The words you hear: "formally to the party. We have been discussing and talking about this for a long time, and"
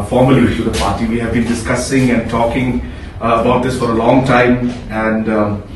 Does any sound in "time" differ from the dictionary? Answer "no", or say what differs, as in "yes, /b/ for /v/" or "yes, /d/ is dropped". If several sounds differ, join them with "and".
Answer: no